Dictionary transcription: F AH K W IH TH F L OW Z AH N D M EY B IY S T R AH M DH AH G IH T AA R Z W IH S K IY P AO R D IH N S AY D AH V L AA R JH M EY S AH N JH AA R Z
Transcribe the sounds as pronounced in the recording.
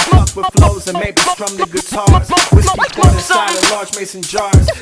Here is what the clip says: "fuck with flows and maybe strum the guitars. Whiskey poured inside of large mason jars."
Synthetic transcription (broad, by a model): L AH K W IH F L OW Z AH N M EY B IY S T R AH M DH AH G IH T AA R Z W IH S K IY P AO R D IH S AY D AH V L AA R JH M EY S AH N JH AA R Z